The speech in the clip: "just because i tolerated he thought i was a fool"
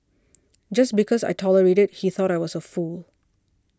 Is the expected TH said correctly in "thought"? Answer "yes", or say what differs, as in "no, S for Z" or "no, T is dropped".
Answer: yes